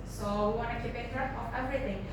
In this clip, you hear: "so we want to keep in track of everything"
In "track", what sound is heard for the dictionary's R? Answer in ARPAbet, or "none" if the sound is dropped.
none